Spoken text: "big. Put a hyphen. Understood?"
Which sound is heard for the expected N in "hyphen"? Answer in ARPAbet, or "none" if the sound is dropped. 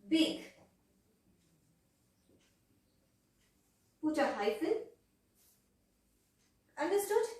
L